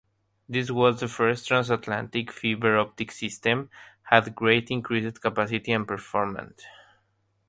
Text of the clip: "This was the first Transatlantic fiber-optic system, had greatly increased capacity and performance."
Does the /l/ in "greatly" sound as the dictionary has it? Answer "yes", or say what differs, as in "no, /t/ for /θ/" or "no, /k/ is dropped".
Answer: no, /l/ is dropped